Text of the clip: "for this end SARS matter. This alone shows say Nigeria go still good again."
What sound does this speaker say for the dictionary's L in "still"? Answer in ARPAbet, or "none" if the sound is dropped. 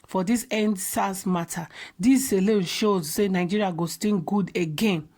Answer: N